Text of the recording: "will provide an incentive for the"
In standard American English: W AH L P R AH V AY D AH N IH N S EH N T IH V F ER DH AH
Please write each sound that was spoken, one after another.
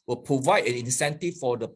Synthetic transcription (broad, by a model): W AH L P R AH V AY D AH N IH N S EH N T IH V F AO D AH